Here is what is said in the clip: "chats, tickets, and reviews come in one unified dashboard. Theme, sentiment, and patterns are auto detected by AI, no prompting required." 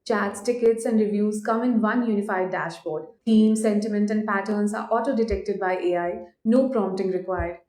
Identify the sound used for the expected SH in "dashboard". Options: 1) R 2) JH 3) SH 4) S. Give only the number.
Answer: 3